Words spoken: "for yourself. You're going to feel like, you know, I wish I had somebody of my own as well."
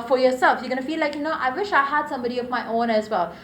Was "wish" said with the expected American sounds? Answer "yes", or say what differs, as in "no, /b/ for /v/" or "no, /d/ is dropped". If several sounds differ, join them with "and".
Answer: yes